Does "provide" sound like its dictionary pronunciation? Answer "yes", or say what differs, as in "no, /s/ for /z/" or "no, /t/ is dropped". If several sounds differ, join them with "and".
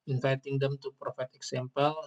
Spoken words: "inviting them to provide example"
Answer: no, /f/ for /v/